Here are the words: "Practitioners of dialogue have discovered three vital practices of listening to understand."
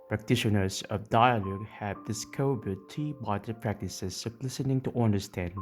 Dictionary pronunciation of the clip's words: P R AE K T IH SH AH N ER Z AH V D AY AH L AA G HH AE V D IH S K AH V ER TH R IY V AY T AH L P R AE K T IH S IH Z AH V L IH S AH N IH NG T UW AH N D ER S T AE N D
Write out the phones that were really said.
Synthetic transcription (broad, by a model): P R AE K T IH SH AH N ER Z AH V D AY AH L AA G HH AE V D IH S K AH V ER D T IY B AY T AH P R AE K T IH S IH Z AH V L IH S AH N IH NG T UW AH N D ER S T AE N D